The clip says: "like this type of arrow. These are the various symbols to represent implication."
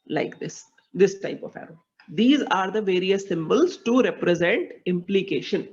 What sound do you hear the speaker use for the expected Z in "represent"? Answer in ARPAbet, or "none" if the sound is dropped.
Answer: Z